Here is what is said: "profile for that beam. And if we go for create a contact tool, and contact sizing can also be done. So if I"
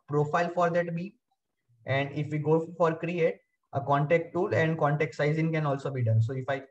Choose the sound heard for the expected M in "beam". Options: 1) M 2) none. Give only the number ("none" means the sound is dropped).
2